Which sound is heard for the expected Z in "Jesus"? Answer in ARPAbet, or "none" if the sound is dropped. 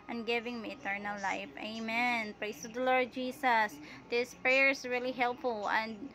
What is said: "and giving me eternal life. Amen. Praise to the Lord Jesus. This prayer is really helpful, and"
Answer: S